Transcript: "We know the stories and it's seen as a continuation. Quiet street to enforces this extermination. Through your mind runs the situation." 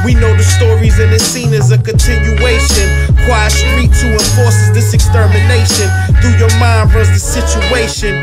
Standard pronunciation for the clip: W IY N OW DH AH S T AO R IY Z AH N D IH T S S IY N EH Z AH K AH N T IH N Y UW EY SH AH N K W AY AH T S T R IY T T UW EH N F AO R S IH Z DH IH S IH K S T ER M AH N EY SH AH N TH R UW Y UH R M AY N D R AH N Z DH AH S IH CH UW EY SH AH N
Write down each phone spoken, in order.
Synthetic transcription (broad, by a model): W IY N OW DH AH S T AO R IY Z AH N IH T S S IY N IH Z AH K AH N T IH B Y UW EY SH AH N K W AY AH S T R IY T T UW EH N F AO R S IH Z DH IH S IH K S T ER M AH N EY SH AH N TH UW Y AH R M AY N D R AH Z DH AH S IH CH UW EY SH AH N